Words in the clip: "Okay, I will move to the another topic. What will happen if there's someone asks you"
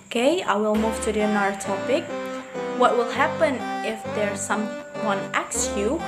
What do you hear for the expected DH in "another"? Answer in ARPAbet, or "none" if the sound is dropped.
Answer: none